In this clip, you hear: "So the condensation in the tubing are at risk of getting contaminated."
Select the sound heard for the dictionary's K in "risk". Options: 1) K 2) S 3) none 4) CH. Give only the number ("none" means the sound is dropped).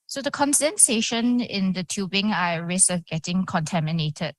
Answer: 3